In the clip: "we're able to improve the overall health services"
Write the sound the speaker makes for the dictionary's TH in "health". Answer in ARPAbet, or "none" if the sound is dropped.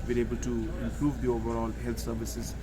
T